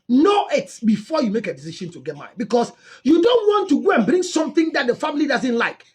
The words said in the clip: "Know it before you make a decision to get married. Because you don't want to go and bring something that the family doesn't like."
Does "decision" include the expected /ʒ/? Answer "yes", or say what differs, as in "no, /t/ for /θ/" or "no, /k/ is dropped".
no, /ʃ/ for /ʒ/